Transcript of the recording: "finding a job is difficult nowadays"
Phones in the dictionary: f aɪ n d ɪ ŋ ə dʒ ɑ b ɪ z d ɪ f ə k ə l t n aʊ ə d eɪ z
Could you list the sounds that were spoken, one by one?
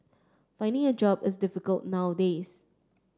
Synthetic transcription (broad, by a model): f aɪ n d ɪ ŋ ə dʒ ɑ b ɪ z d ɪ f ə k ə l t n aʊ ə d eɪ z